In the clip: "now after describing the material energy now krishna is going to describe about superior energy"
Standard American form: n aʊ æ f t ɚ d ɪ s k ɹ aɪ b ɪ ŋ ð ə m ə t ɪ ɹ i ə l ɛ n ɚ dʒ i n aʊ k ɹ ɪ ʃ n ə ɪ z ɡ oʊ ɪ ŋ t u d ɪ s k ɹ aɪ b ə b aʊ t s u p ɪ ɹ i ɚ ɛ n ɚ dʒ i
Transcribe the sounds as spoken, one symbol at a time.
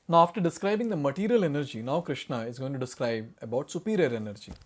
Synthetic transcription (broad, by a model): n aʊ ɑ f t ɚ d ɪ s k ɹ aɪ b ɪ ŋ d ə m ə t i ɹ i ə l ɛ n ɚ dʒ i n aʊ k ɹ ɪ ʃ n ə ɪ z ɡ oʊ ɪ ŋ t u d ɪ s k ɹ aɪ b ə b aʊ t s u p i ɹ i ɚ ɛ n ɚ dʒ i